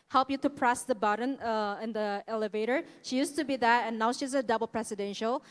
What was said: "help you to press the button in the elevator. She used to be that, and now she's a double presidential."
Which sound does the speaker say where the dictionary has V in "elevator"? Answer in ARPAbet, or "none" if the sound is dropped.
V